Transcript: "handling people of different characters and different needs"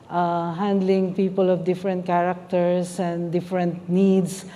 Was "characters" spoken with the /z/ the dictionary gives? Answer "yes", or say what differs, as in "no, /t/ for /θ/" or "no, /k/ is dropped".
no, /s/ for /z/